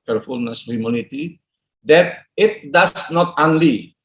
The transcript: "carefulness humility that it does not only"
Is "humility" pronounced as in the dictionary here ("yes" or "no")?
no